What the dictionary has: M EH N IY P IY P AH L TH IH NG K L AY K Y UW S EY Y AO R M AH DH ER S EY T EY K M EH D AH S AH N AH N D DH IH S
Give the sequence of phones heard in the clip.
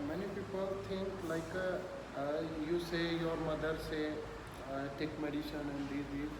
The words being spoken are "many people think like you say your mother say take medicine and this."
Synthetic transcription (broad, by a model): M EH N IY P IY P AH L T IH NG K L AY K Y UW S EY Y AO R M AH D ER S EY T EY K M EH D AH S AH N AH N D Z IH